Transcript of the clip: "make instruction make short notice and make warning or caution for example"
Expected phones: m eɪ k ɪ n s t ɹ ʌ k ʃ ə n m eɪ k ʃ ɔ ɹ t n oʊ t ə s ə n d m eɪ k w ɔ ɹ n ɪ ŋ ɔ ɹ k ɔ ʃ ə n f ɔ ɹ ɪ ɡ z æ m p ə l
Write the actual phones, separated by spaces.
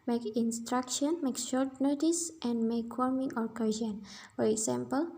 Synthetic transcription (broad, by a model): m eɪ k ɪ n s t ɹ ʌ k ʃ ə n m eɪ k ʃ ɔ ɹ t n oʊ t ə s ə n d m eɪ k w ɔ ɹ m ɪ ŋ ɔ ɹ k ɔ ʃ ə n f ɔ ɹ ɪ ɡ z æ m p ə l